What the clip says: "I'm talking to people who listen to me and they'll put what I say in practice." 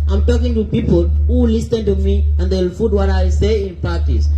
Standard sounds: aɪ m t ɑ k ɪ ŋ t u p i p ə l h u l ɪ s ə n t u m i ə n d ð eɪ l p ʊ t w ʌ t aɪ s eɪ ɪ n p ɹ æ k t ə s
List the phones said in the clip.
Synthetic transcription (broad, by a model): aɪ m t ɑ k ɪ ŋ t u p i p ə l h u l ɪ s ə n t u m i ə n d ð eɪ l f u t w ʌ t aɪ s eɪ ɪ n p ɹ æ k t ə s